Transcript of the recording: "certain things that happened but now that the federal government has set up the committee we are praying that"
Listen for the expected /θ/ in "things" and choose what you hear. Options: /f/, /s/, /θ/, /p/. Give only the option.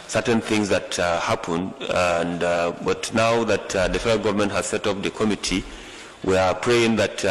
/θ/